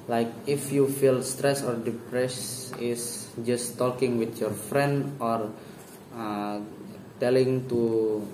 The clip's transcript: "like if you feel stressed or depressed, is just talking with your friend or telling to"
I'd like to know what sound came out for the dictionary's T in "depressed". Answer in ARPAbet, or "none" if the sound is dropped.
none